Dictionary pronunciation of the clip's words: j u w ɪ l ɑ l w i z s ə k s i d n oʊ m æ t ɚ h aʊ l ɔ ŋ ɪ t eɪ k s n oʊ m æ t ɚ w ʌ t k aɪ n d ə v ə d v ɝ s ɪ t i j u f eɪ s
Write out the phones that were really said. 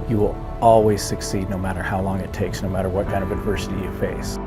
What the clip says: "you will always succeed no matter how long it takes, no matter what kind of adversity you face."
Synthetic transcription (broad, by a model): j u w ɪ l ɑ l w i z s ə k s i d n oʊ m æ t ɚ h aʊ l ɔ ŋ ɪ t eɪ k s n oʊ m æ t ɚ w ʌ t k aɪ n ə v ə d v ɝ s ɪ t i j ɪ f eɪ s